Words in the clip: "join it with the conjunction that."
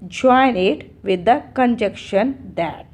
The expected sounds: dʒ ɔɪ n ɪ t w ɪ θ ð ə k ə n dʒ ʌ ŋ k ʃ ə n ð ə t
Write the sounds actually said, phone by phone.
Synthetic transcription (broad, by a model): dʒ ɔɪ n ɪ t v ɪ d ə k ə n dʒ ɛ k ʃ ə n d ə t